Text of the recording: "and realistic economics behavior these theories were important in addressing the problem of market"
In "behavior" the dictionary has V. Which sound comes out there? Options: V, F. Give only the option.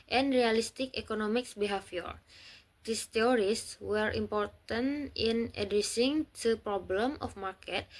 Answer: F